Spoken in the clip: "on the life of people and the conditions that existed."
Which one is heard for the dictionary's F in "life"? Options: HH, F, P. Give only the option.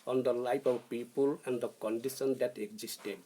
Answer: P